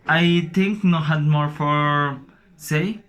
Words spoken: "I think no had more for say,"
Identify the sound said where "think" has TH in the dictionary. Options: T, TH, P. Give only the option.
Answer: T